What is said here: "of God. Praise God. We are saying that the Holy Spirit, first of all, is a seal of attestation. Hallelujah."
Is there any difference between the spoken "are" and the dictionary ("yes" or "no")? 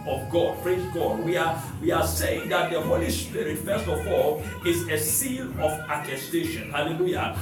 yes